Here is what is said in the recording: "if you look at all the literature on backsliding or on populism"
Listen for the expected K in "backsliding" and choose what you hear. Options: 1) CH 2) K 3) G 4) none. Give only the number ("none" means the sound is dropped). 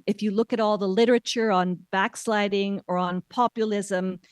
2